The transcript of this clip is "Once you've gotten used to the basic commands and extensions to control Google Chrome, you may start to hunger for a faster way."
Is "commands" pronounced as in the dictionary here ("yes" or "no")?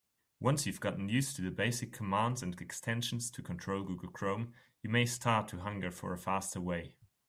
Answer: yes